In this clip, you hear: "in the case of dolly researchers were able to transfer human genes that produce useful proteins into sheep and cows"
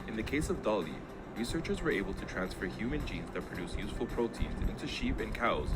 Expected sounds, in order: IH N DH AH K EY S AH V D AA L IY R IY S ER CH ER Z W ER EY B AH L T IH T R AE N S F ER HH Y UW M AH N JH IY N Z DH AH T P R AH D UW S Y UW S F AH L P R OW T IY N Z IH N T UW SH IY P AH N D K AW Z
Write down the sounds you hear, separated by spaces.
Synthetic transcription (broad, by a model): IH N DH AH K EY S AH V D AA L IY R IY S ER CH ER Z W ER EY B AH L T IH T R AE N S F ER HH Y UW M AH N JH IY N Z DH AH T P R AH D UW S Y UW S F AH L P R OW T IY N Z IH N T UW SH IY P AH N K AW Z